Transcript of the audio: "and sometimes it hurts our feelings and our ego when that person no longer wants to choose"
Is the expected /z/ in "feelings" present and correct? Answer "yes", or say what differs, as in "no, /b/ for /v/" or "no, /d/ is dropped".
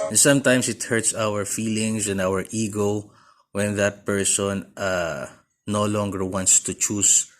no, /s/ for /z/